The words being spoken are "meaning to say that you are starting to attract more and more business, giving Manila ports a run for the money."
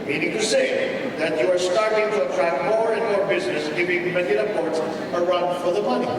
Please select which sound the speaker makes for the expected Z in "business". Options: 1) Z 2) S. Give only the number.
1